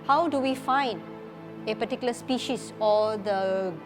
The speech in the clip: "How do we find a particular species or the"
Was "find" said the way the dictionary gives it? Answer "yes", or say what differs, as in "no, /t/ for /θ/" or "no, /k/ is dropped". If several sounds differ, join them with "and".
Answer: yes